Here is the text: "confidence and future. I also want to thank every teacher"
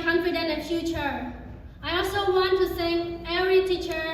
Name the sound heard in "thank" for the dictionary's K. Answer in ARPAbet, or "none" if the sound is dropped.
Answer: none